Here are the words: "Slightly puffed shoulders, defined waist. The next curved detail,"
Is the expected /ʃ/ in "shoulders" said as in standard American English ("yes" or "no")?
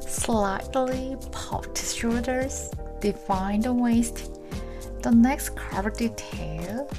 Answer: no